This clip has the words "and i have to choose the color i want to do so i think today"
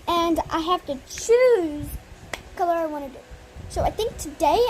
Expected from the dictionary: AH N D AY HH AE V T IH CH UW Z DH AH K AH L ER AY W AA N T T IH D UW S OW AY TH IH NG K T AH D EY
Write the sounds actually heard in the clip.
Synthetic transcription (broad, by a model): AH N AY HH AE F T IH CH UW Z K AH L ER AY W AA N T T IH D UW S OW AY TH IH NG K T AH D EY